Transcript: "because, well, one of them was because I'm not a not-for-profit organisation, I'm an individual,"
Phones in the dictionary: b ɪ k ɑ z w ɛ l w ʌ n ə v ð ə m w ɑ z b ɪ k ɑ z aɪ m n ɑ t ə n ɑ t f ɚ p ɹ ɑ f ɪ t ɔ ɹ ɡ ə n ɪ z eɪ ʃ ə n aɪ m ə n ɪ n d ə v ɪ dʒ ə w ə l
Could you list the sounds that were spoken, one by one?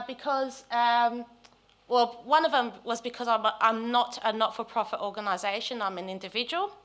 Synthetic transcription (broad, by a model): b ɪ k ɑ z w ɛ l w ʌ n ə v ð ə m w ɑ z b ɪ k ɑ z aɪ m n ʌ t ə n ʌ t f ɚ p ɹ ɑ f ɪ t ɔ ɡ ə n ɪ z eɪ ʃ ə n aɪ m ə n ɪ n d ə v ɪ dʒ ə w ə l